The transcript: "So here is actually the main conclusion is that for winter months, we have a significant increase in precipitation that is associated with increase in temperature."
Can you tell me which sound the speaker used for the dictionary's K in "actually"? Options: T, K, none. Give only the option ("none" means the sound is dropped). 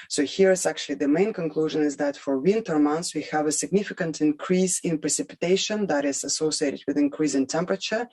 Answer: K